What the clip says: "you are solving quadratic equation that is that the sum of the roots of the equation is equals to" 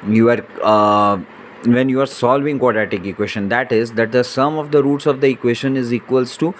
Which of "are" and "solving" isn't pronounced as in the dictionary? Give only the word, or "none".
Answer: none